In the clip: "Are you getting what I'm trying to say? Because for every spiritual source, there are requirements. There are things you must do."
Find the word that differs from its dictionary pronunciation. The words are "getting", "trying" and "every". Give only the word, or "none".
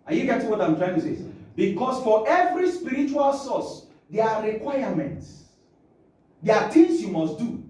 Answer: none